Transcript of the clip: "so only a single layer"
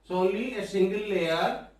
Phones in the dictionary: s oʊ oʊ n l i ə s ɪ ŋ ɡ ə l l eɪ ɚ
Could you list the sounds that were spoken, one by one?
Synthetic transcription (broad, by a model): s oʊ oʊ l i ə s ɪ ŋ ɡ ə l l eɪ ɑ